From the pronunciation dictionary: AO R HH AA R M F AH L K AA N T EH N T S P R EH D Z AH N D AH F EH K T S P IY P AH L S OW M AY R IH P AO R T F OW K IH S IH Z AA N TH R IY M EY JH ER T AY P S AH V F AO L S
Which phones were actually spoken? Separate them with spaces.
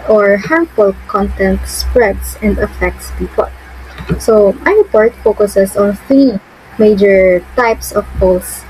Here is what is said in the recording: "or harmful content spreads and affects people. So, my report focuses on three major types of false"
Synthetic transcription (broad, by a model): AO R HH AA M P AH L K AA N T EH N T S P R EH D S AH N D AH F EH K T S P IY P AH L S OW M AY R IH P AO R T F OW K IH S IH S AA N TH R IY M EY JH ER T AY P S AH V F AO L S